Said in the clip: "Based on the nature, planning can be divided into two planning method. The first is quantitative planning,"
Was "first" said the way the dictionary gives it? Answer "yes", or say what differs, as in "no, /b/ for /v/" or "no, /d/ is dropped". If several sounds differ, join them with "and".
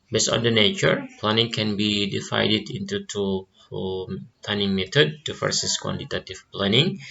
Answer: no, /t/ is dropped